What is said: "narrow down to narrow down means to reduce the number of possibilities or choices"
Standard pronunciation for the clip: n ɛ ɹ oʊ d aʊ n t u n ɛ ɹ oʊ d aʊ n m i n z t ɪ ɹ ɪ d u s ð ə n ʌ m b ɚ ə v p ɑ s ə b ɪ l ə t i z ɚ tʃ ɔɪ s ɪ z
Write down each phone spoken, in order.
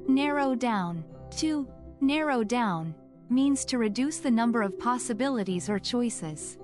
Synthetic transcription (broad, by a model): n ɛ ɹ oʊ d aʊ n t u n ɛ ɹ oʊ d aʊ n m i n z t ɪ ɹ ɪ d u s ð ə n ʌ m b ɚ ə v p ɑ s ə b ɪ l ə t i z ɚ tʃ ɔɪ s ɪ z